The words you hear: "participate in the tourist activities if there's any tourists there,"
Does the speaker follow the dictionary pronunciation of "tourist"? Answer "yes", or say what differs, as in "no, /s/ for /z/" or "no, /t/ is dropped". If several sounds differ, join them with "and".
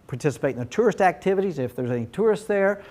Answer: yes